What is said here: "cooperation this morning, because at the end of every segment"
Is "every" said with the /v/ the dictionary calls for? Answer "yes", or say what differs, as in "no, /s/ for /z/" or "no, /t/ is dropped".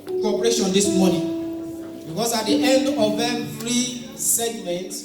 no, /f/ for /v/